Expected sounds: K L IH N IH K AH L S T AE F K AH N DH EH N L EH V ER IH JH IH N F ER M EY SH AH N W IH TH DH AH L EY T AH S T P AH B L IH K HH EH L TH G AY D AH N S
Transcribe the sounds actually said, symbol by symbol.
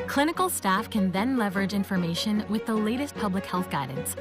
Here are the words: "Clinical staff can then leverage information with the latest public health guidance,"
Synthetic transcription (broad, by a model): K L IH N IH K L S T AE F K AH N DH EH N L EH V ER IH JH IH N F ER M EY SH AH N W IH DH AH L EY T AH S T P AH B L IH K HH EH L TH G AY D N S